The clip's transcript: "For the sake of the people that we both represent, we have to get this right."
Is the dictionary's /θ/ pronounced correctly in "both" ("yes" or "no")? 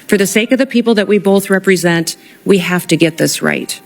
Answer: yes